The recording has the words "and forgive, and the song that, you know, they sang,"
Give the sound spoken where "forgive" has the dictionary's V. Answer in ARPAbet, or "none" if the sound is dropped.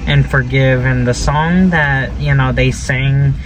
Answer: V